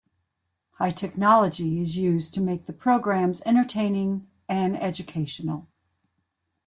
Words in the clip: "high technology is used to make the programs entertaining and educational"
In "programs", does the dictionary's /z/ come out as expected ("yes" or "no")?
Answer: yes